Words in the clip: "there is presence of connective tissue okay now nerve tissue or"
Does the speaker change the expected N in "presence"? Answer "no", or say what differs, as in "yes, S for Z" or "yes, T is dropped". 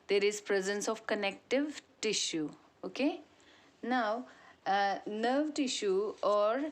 no